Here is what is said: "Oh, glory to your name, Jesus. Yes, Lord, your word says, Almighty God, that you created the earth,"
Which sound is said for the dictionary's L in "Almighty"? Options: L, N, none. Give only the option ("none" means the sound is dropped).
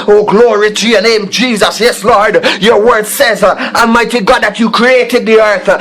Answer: none